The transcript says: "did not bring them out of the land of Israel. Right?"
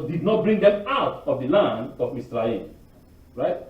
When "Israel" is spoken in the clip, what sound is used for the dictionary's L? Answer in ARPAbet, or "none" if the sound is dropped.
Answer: N